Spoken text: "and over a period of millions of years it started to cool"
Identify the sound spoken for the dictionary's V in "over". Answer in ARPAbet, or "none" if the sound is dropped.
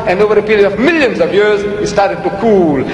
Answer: V